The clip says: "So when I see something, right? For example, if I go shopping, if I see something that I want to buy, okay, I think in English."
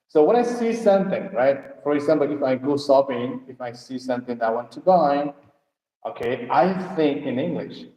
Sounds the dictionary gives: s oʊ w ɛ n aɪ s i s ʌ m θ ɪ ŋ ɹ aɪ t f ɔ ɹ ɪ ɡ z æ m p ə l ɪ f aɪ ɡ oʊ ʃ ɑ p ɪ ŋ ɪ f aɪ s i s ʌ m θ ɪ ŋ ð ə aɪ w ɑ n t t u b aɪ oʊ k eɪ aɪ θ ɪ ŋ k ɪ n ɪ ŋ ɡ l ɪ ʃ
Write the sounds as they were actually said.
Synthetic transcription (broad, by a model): s oʊ w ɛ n aɪ s i s ʌ m θ ɪ ŋ ɹ aɪ t f ɔ ɹ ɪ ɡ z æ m p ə l ɪ f aɪ ɡ oʊ s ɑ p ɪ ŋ ɪ f aɪ s i s ʌ m θ ɪ ŋ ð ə aɪ w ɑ n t t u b aɪ oʊ k eɪ aɪ θ ɪ ŋ k ɪ n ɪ ŋ ɡ l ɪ ʃ